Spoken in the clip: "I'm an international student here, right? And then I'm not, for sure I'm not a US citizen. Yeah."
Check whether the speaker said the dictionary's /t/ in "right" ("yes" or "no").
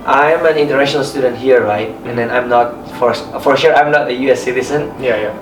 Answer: yes